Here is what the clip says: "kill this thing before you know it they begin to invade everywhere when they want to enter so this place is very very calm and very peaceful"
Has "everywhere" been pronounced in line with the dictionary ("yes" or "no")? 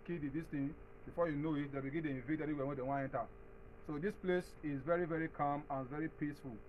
no